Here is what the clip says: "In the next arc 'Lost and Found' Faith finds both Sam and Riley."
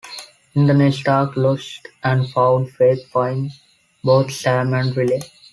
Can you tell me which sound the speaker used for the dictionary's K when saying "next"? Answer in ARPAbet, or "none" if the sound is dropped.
none